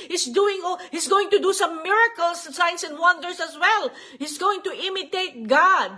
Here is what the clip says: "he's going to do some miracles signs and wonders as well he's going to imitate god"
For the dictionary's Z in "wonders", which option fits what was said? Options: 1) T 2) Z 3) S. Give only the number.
3